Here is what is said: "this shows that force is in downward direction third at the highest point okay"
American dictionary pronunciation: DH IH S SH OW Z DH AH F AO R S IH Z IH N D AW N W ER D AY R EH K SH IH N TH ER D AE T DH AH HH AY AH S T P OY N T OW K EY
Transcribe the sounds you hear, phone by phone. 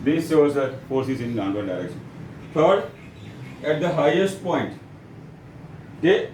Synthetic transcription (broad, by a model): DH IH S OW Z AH F AO R S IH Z IH N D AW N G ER D AY R EH K SH IH N F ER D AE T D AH HH AY AH S T P OY N T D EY